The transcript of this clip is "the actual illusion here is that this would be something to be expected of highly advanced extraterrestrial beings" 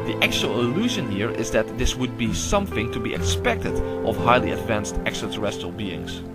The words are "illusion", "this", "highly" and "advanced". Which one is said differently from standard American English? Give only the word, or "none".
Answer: none